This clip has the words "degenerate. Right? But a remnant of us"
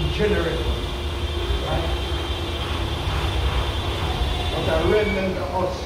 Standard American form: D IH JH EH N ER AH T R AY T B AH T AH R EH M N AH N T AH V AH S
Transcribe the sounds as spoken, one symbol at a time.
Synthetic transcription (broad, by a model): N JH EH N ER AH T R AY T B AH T AH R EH N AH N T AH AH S